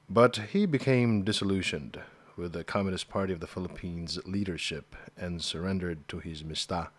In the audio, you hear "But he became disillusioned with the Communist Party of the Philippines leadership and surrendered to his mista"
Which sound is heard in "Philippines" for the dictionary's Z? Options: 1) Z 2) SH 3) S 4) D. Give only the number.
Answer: 1